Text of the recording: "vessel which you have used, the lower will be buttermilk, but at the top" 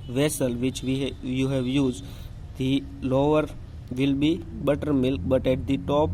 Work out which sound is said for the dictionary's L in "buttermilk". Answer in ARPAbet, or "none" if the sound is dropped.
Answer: L